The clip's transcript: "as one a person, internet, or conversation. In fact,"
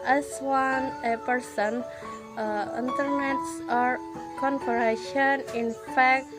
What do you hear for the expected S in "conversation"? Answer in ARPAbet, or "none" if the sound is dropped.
none